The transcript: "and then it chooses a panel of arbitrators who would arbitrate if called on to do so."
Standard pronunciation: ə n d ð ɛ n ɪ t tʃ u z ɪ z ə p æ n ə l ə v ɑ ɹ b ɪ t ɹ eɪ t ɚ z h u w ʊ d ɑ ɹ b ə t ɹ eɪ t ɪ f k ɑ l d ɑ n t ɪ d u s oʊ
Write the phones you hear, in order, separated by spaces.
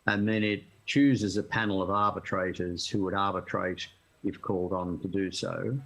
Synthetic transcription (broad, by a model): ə n ð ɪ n ɪ t tʃ u z ɪ z ə p æ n l ə v ɑ ɹ b ɪ t ɹ eɪ t ɚ z h u w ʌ d ɑ ɹ b ə t ɹ eɪ t ɪ f k ɑ l d n t ɪ d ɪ s oʊ